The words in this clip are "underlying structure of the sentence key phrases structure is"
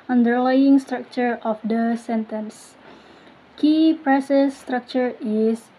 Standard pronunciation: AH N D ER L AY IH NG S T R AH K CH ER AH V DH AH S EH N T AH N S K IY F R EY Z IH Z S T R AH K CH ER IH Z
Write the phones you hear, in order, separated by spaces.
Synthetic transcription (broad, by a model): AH N D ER L AY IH NG S T R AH K CH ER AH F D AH S EH N T AH N S K IY P R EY S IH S T R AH K CH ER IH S